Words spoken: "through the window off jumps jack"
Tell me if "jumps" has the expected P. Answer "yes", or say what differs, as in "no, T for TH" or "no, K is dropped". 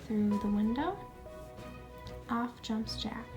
yes